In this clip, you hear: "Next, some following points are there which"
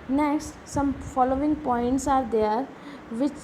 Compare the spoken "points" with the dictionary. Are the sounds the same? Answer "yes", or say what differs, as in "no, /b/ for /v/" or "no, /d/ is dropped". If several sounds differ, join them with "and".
yes